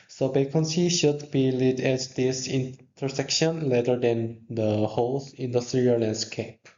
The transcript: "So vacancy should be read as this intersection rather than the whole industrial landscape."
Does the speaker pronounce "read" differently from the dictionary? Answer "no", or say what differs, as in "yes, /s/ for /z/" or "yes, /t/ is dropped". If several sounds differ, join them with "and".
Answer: yes, /l/ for /ɹ/